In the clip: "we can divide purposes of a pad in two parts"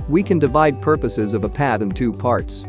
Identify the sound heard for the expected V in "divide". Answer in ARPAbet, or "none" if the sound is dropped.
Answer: V